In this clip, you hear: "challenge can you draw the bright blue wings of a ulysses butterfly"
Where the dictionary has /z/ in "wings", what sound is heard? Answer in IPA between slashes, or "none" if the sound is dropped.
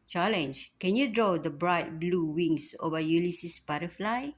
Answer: /s/